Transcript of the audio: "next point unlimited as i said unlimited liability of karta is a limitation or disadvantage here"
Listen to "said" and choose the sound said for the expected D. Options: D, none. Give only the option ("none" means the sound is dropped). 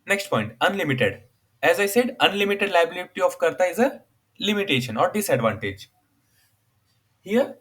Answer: D